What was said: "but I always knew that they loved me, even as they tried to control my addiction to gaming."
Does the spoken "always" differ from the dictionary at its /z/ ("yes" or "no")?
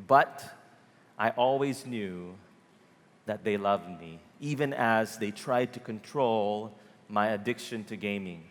no